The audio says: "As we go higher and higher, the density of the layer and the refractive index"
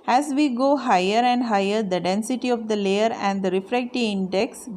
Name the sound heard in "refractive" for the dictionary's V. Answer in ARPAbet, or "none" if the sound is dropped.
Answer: none